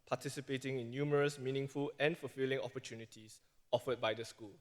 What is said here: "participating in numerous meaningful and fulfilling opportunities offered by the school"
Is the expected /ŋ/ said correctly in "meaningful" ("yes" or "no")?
yes